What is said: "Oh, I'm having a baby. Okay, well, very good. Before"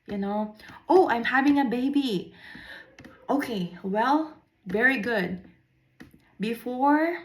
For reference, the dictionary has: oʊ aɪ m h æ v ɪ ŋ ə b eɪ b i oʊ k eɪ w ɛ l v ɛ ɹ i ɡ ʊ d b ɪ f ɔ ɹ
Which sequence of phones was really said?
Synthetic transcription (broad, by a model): oʊ aɪ m h æ v ɪ ŋ ə b eɪ b i oʊ k eɪ w ɛ l v ɛ ɹ i ɡ ʊ d b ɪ f ɔ ɹ